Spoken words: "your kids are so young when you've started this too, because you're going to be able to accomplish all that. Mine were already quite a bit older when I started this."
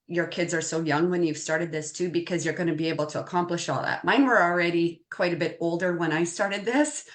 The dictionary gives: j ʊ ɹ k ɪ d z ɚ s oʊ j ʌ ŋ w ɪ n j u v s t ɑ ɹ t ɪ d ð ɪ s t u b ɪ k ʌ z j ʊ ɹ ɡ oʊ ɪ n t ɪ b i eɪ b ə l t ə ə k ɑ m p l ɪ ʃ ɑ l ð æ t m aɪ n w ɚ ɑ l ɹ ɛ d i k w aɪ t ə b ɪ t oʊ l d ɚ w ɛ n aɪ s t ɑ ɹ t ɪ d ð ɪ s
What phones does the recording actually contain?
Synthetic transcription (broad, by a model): j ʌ ɹ k ɪ d z ɚ s oʊ j ʌ ŋ w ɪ n j u v s t ɑ ɹ t ɪ d ð ɪ s t u b ɪ k ʌ z j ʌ ɹ ɡ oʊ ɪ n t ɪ b i eɪ b l t ə ə k ɑ m p l ɪ ʃ ɑ l ð æ t m aɪ n w ɚ l ɹ ɛ d i k w aɪ t ə b ɪ t oʊ l d ɚ w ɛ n aɪ s t ɑ ɹ t ɪ d ð ɪ s